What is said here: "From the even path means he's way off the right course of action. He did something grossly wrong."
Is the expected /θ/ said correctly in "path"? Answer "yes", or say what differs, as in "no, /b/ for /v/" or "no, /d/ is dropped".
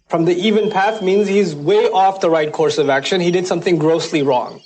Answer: yes